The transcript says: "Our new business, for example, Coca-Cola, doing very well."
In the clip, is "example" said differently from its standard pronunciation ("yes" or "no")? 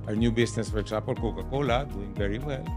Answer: yes